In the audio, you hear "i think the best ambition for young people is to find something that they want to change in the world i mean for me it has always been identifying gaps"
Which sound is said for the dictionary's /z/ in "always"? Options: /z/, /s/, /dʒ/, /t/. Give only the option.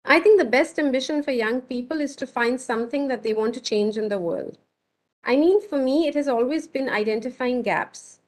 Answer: /z/